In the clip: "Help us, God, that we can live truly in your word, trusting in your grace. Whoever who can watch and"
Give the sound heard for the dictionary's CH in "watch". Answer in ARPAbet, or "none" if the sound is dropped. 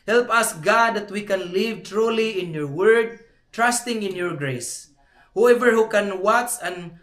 S